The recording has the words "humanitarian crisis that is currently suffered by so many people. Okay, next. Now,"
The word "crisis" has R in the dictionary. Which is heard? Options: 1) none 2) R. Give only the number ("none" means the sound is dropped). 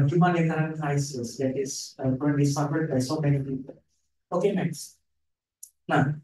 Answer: 1